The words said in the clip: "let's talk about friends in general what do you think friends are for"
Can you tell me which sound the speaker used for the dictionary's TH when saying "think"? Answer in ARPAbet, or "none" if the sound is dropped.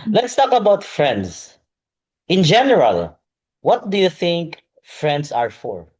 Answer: TH